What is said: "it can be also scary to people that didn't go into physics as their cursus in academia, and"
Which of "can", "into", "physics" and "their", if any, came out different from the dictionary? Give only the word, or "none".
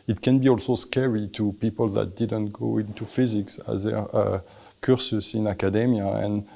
none